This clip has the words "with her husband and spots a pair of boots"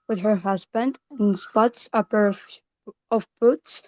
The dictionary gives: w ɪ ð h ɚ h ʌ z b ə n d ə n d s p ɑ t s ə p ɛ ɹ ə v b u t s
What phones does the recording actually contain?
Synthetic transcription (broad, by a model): w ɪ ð h ɚ h ʌ z b ə n d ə n s p ɑ t s ə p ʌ ɹ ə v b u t s